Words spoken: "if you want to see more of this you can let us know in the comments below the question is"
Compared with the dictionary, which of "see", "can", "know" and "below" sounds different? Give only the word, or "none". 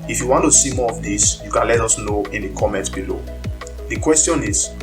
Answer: none